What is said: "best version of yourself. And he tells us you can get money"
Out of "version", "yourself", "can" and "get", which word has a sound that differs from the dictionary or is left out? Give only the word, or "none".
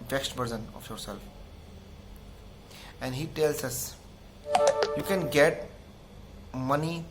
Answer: version